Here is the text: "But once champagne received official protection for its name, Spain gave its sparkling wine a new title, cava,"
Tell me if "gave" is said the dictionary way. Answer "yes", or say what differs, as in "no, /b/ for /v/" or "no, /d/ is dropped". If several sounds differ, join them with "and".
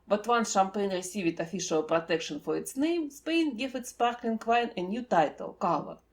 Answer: no, /f/ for /v/